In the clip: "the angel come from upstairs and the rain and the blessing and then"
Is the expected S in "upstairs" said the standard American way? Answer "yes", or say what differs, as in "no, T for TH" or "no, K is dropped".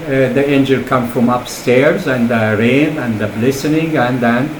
yes